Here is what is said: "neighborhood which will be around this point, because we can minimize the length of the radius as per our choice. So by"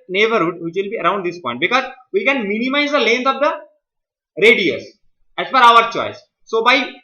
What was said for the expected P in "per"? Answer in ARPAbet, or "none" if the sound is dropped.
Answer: F